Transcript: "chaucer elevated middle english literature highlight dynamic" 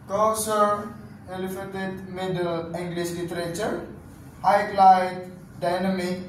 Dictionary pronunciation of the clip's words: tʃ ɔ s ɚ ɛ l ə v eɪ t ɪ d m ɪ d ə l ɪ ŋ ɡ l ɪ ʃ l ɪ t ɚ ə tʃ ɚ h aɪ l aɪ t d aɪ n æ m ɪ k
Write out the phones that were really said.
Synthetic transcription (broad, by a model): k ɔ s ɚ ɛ l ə f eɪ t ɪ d m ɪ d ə l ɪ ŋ ɡ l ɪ s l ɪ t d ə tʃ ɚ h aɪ l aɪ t d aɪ n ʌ m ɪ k